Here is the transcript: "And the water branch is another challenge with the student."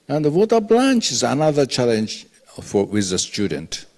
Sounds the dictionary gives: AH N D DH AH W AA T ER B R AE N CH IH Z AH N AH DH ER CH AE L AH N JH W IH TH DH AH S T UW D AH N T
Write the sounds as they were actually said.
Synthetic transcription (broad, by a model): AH N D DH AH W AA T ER B L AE N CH IH Z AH N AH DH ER CH AE L AH N JH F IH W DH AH S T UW D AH N T